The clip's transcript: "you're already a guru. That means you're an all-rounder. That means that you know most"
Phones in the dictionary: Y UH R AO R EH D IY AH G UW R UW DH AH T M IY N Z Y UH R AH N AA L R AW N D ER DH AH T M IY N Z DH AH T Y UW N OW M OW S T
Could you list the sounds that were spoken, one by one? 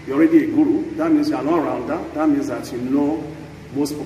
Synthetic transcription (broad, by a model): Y AO R EH D IY AH G UW R UW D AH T M IY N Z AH L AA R AW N D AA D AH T M IY N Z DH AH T Y UW N OW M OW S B